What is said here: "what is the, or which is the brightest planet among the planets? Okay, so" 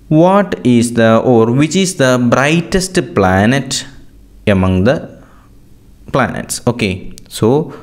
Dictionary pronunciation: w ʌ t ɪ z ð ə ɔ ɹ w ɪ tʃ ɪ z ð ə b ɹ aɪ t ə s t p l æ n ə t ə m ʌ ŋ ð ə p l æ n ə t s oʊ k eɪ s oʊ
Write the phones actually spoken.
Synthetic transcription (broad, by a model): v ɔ t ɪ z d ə ɔ ɹ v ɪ tʃ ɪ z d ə b ɹ aɪ t ə s t p l æ n ə t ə m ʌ ŋ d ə p l æ n ə t s oʊ k eɪ s oʊ